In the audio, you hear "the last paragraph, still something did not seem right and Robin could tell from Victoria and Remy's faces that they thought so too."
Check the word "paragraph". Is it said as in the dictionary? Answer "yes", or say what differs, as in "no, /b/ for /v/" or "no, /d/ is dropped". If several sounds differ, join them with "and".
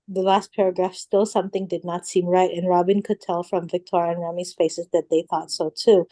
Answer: yes